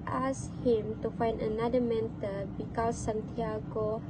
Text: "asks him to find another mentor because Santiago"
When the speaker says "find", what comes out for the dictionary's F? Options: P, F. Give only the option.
F